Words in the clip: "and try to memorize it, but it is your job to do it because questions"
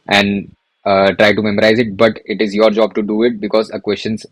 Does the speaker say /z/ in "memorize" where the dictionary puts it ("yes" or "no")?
yes